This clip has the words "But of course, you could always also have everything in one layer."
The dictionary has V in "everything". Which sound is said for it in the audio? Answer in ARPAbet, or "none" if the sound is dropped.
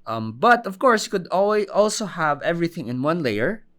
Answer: V